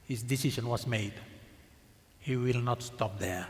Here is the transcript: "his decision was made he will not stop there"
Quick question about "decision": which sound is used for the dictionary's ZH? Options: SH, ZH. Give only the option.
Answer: SH